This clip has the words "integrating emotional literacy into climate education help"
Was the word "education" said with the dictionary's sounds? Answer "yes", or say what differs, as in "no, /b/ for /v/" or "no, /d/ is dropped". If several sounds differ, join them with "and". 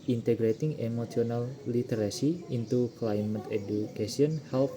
no, /s/ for /ʃ/